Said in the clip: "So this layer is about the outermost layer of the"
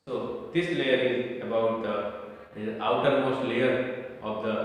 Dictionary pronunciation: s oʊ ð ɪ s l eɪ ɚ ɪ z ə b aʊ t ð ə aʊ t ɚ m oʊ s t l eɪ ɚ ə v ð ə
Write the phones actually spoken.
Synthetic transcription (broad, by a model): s oʊ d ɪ s l eɪ ɚ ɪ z ə b aʊ t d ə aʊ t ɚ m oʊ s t l eɪ ɚ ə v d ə